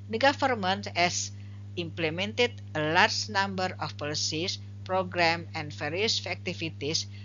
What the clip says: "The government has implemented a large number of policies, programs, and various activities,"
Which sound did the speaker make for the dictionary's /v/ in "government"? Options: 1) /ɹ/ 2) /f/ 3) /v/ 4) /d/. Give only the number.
2